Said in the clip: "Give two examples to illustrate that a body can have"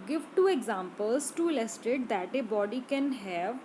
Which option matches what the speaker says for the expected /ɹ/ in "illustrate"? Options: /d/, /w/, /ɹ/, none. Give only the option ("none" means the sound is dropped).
none